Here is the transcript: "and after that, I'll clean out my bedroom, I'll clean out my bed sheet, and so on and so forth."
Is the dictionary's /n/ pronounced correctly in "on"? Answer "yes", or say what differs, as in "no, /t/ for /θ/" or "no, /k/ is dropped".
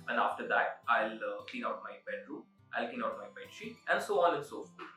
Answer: no, /l/ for /n/